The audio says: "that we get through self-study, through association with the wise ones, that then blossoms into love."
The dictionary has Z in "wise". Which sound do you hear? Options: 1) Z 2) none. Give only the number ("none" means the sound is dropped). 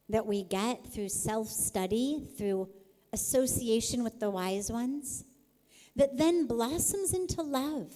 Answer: 1